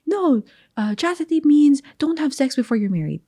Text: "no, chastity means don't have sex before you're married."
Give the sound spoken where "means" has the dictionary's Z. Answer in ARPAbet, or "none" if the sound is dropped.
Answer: Z